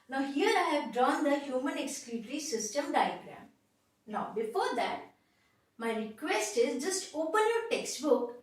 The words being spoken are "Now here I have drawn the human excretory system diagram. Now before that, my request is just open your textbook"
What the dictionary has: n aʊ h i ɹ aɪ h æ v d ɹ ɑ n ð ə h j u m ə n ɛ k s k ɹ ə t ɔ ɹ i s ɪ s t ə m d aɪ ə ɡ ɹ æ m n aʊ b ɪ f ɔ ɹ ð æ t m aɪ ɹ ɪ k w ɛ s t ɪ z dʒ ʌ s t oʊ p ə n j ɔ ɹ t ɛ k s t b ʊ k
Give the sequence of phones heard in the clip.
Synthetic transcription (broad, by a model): n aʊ h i ɹ aɪ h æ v d ɹ ɑ n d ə h j u m ə n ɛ k s k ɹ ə t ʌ ɹ i s ɪ s t ə m d aɪ ə ɡ ɹ æ m n aʊ b ɪ f ɔ ɹ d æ t m aɪ ɹ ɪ k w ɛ s t ɪ z dʒ ʌ s t oʊ p ə n j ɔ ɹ t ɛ k s t b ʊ k